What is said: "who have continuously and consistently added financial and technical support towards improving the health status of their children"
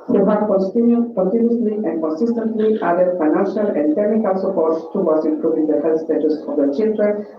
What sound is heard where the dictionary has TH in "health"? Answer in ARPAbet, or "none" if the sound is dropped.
T